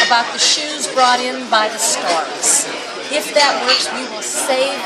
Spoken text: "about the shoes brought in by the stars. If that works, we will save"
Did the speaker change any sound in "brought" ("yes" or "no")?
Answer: no